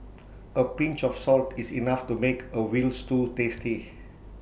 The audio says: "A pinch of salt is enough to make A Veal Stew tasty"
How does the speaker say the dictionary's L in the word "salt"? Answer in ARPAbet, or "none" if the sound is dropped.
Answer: L